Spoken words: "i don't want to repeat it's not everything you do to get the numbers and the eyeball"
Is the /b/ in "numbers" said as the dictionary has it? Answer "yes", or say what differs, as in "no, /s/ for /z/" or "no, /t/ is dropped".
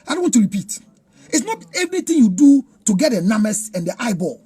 no, /b/ is dropped